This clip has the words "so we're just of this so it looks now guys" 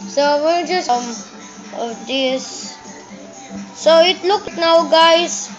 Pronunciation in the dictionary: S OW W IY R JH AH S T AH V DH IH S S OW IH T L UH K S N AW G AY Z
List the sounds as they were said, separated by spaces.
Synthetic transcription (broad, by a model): S OW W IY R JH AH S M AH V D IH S S OW IH T L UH K N AW G AY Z